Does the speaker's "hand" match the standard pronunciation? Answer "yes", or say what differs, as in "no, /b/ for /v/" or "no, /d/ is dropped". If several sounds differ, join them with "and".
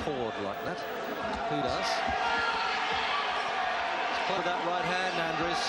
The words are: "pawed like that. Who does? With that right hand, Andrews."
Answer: no, /d/ is dropped